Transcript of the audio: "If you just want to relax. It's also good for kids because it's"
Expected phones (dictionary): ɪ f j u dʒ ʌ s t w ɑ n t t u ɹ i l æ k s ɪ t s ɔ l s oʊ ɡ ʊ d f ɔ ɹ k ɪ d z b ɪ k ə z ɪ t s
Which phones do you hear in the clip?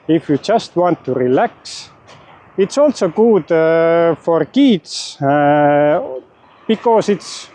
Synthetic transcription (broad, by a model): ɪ f j u dʒ ʌ s t w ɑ n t t u ɹ i l æ k s ɪ t s ɔ l s oʊ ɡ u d f ɔ ɹ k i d s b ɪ k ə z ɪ t s